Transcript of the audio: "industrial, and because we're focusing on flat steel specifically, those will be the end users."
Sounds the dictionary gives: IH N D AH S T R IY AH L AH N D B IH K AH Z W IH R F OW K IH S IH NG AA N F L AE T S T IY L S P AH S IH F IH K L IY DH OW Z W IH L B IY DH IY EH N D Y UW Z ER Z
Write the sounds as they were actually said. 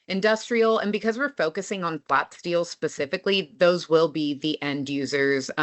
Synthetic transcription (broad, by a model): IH N D AH S T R IY L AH N B IH K AH Z W IH R F OW K IH S IH NG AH N F L AE T S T IY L S P AH S IH F IH K L IY DH OW Z W IH L B IY DH IY EH N D Y UW Z ER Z